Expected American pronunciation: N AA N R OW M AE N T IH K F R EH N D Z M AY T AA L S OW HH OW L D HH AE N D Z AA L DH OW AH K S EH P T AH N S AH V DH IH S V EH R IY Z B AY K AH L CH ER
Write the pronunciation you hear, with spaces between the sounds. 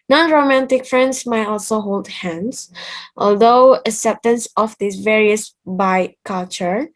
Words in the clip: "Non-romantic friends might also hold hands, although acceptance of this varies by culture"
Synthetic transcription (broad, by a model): N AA N R OW M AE N T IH K F R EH N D S M AY T AA L S OW HH OW L D HH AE N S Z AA L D OW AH S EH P T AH N S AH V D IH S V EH R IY S B AY K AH L CH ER